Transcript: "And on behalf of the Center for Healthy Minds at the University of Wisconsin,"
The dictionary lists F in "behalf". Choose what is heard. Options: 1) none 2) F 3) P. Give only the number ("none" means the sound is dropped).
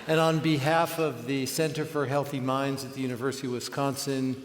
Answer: 2